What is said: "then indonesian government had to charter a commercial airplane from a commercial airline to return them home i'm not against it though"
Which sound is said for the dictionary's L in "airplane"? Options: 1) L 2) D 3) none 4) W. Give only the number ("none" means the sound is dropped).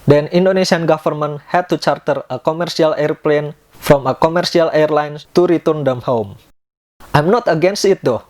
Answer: 1